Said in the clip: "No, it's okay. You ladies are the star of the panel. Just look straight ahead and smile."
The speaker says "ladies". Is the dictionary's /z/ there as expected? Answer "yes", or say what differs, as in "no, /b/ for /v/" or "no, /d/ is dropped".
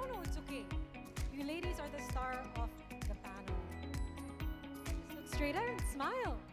yes